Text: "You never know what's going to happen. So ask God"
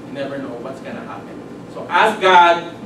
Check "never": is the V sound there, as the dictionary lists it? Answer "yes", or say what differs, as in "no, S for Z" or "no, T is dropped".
yes